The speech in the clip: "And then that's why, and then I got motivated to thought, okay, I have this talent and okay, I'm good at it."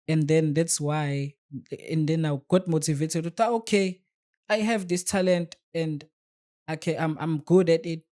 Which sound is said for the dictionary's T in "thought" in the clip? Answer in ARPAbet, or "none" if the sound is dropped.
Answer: none